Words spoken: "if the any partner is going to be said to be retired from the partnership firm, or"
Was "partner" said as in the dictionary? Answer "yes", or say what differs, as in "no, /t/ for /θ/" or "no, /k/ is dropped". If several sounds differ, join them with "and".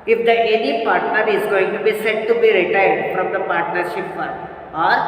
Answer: yes